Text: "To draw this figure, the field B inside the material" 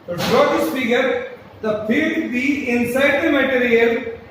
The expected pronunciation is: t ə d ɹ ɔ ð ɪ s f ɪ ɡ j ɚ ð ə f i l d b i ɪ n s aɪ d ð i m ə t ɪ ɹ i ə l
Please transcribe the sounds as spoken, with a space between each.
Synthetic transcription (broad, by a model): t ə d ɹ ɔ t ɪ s p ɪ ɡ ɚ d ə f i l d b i ɪ n s aɪ d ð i m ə t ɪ ɹ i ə l